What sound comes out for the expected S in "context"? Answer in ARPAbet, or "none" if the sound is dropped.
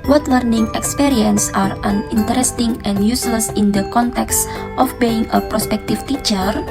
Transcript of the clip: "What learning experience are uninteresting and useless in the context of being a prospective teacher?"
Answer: S